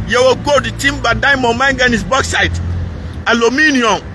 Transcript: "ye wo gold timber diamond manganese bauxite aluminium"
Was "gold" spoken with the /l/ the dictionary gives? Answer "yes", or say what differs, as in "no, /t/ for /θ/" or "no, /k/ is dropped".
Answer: no, /l/ is dropped